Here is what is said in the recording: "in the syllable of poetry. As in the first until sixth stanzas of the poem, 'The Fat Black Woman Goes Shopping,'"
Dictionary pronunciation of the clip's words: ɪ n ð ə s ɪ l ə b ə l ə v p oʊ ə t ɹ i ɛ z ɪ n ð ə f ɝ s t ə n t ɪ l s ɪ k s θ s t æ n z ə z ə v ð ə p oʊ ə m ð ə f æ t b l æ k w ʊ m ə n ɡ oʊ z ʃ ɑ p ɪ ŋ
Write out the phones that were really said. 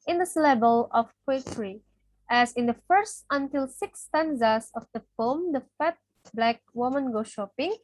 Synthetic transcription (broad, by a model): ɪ n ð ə s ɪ l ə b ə l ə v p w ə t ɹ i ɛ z ɪ n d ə f ɝ s t ə n t ɪ l s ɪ k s s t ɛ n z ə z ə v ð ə f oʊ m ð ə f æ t b l æ k w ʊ m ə n ɡ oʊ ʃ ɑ p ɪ ŋ